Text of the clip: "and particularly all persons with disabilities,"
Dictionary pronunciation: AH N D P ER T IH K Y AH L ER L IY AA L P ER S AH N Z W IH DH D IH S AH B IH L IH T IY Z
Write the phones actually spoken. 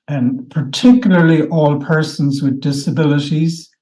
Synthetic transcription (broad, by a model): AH N P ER T IH K Y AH L ER L IY AA L P ER S AH N Z W IH DH D IH S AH B IH L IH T IY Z